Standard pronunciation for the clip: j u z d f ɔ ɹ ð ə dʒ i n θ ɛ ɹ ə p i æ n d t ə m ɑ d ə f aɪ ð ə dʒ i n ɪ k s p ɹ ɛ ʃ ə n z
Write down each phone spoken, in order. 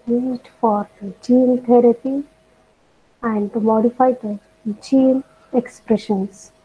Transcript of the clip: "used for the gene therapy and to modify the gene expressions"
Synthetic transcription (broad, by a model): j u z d f ɔ ɹ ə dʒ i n t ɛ ɹ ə p i æ n d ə m ɑ d ə f aɪ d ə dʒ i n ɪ k s p ɹ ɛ ʃ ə n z